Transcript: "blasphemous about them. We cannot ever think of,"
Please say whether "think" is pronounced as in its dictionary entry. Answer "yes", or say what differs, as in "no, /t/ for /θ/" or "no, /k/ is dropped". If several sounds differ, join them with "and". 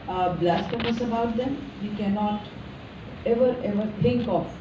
no, /t/ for /θ/